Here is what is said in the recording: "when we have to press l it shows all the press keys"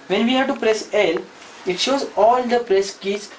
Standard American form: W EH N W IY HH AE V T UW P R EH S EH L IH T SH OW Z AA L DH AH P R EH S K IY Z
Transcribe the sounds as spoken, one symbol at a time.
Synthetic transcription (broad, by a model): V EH N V IY HH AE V T UW P R EH S EH L IH T SH OW Z AA L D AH P R EH S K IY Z